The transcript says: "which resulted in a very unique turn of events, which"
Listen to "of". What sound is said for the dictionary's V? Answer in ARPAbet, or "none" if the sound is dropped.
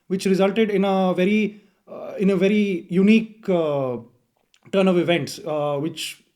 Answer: V